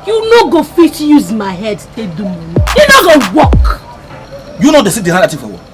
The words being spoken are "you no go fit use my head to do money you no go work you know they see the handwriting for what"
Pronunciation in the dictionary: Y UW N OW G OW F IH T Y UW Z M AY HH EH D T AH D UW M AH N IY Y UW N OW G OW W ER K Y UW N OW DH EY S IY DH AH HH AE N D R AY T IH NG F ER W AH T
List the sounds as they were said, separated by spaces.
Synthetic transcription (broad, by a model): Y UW N OW G OW F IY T Y UW Z M AY HH EH D T AH D UW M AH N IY Y UW N OW G OW W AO K Y UW N OW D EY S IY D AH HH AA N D AY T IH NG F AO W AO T